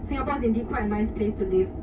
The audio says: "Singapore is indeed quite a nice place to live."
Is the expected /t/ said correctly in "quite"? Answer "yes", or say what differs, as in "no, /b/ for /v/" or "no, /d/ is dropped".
no, /t/ is dropped